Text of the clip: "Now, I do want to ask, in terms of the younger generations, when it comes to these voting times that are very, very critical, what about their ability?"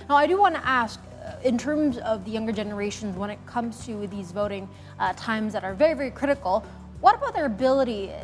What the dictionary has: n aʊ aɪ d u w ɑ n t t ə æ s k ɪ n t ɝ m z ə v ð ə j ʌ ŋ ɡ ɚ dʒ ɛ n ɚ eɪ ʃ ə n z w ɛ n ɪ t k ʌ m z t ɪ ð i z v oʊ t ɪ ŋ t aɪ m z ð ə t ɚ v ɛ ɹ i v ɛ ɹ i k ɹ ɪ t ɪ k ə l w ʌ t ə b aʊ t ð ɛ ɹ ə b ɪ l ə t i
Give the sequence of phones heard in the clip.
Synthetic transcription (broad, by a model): n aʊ aɪ d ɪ w ɑ n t t æ s k ɪ n t ɝ m z ə v ð ə j ʌ ŋ ɡ ɚ dʒ ɛ n ɚ eɪ ʃ ə n z w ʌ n ɪ t k ʌ m z t ɪ ð i z v oʊ t ɪ ŋ t aɪ m z ð ə t ɚ v ɛ ɹ i v ɛ ɹ i k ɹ ɪ t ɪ k l w ʌ t ə b aʊ t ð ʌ ɹ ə b ɪ l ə t i